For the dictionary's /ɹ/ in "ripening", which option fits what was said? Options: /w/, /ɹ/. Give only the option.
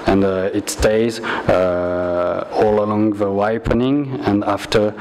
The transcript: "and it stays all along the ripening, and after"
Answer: /w/